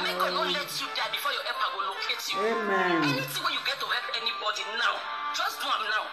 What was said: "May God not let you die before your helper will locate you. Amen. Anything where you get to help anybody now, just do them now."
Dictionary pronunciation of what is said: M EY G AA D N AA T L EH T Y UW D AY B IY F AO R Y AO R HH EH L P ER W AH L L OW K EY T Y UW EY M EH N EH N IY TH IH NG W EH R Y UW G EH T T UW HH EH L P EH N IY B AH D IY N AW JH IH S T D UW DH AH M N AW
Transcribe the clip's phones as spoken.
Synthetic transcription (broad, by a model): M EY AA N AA L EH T Y UW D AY B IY F AO Y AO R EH P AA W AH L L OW K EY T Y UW EY M EH N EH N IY S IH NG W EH Y UW G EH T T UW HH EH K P EH N IY B AH D IY N AW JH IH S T D UW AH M N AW